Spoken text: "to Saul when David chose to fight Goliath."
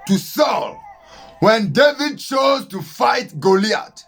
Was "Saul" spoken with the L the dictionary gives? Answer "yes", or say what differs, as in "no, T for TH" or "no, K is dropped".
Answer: yes